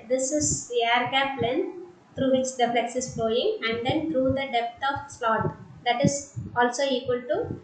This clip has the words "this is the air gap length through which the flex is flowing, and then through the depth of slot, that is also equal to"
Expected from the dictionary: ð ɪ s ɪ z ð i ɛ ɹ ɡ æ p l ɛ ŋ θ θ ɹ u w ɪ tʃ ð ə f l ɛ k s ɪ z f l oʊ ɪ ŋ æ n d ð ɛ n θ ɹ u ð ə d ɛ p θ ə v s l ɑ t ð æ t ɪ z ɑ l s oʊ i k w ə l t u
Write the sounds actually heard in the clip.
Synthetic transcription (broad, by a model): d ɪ s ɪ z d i ɛ ɹ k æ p l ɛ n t ɹ u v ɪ tʃ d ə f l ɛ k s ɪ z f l oʊ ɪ ŋ æ n d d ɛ n t ɹ u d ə d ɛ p t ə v s l ɑ t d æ t ɪ z ɑ l s oʊ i k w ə l t u